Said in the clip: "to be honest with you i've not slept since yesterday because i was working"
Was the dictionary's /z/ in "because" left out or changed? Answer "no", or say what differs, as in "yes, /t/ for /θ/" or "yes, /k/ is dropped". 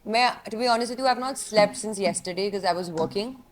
no